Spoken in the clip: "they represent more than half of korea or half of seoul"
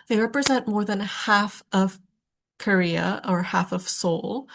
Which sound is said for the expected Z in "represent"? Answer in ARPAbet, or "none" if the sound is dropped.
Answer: Z